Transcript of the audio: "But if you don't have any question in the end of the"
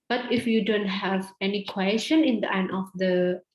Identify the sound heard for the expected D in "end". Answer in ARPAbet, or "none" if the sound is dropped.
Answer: none